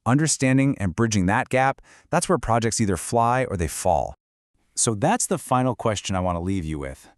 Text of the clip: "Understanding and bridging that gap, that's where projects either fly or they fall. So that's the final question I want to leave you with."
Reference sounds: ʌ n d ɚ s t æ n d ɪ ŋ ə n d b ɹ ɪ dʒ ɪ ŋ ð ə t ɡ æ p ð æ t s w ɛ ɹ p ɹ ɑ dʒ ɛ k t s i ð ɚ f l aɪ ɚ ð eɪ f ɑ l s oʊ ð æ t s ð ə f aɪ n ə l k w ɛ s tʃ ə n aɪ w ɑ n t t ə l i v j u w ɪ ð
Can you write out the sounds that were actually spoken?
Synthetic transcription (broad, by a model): ʌ n d ɚ s t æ n d ɪ ŋ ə n b ɹ ɪ dʒ ɪ ŋ ð ə t ɡ æ p ð æ t s w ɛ ɹ p ɹ ɑ dʒ ɛ k t s i ð ɚ f l aɪ ɚ ð eɪ f ɑ l s oʊ ð æ t s ð ə f aɪ n l k w ɛ s tʃ ə n aɪ w ɑ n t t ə l i v j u w ɪ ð